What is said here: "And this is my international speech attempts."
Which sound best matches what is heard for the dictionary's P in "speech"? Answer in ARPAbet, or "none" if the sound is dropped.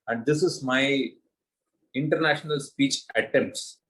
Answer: P